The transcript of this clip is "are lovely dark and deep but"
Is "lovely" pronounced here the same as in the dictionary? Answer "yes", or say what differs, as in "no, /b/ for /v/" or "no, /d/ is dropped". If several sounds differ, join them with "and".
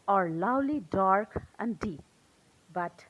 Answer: no, /w/ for /v/